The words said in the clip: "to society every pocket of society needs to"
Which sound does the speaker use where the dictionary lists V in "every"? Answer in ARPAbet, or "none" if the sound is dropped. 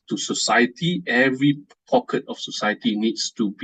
V